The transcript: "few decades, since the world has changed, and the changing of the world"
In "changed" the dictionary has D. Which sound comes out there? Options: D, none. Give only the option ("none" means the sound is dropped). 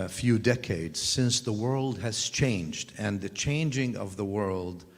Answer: D